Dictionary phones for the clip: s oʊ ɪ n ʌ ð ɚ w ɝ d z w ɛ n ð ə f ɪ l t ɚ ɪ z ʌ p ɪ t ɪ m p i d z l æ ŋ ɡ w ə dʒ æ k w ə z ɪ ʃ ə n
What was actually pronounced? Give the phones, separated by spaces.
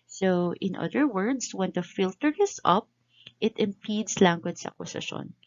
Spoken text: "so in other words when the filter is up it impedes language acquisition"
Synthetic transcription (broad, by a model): s oʊ ɪ n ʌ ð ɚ w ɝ d s w ɛ n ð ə f ɪ l t ɚ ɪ s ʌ p ɪ t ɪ m p i d s l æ ŋ ɡ w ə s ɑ k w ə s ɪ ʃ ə n